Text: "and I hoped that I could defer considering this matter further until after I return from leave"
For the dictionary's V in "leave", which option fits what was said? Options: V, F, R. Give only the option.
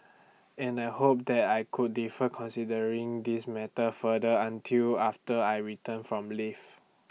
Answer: F